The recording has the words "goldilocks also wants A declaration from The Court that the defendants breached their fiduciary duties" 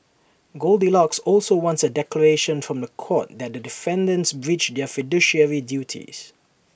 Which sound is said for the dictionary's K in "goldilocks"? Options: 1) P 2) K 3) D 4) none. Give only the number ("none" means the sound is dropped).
2